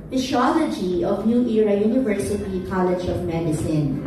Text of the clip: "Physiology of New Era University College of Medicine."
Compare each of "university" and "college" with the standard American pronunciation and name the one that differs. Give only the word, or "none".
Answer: none